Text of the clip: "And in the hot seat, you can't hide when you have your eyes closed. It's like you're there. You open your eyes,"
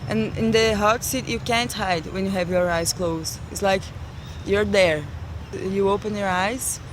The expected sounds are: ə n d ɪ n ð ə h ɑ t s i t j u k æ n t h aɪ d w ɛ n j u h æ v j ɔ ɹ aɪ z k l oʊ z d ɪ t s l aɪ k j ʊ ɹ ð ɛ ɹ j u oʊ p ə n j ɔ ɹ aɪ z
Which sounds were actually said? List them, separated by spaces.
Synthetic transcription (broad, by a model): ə n ɪ n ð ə h ɑ t s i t j u k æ n t h aɪ d w ɛ n j u h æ v j ɔ ɹ aɪ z k l oʊ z ɪ t s l aɪ k j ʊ ɹ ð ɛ ɹ j u oʊ p ə n j ɔ ɹ aɪ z